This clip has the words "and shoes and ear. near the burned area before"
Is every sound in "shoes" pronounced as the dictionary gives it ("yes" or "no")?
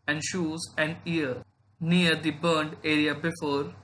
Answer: yes